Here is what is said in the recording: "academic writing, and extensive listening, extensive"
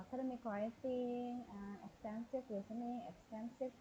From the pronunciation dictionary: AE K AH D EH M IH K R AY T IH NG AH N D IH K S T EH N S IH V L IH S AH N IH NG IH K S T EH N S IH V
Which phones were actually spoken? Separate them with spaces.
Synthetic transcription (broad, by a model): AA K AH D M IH K W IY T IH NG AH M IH K S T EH N S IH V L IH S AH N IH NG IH K S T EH N S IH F